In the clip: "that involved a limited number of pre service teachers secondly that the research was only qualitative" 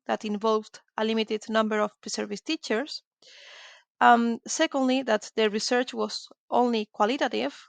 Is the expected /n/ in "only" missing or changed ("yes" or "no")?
no